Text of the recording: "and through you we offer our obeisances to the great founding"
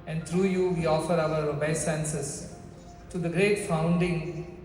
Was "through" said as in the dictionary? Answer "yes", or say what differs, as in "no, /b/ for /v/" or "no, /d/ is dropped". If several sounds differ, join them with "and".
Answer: no, /t/ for /θ/